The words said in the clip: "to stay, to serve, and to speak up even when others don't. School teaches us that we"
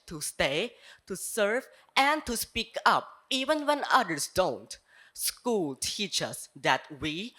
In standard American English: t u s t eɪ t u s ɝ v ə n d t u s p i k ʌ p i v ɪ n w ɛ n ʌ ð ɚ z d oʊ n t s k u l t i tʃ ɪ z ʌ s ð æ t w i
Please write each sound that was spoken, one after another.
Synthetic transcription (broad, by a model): t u s t eɪ t u s ɝ v ə n d t u s p i k ʌ p i v ɪ n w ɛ n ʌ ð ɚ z d oʊ n t s k u l t i tʃ ʌ s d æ t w i